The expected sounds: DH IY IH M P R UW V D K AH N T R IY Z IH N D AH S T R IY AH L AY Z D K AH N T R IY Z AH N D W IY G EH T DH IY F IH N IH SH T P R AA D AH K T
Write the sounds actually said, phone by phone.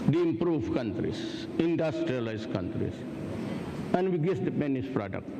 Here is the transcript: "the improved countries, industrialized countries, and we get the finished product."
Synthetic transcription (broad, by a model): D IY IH M P R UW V K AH N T R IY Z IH N D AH S T R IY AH L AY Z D K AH N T R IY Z AH N D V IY G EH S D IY P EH N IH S P R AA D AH K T